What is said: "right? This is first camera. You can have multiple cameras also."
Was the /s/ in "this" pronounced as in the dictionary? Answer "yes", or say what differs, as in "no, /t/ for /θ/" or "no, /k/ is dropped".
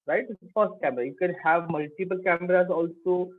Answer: no, /s/ is dropped